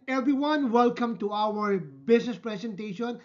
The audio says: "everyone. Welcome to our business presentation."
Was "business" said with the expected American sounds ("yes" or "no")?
no